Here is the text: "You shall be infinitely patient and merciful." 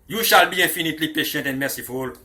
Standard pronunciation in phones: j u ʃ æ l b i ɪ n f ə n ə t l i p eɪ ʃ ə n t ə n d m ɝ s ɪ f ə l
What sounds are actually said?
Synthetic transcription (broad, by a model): j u ʃ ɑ l b i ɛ f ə n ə t l i p eɪ ʃ ə n t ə n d m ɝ s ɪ f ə l